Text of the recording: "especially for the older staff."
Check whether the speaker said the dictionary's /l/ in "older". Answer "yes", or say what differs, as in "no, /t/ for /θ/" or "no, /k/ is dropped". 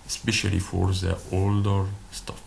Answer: yes